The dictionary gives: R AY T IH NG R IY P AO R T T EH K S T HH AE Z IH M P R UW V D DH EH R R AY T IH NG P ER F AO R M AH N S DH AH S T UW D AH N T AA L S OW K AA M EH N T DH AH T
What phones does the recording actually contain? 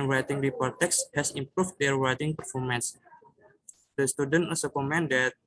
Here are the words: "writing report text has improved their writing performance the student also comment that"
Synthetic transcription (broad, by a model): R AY T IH NG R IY P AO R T T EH K S HH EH S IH M P R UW F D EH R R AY T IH NG P ER F AO R M AH N S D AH S T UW D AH N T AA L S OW K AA M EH N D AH T